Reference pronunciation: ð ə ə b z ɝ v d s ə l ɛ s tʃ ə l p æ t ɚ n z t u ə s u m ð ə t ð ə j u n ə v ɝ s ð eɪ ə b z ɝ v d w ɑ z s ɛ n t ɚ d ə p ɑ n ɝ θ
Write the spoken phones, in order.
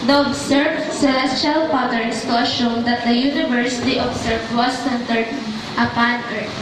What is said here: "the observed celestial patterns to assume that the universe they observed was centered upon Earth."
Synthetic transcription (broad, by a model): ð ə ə b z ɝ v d s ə l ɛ s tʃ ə l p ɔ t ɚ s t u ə ʃ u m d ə t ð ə j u n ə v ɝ s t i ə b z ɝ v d w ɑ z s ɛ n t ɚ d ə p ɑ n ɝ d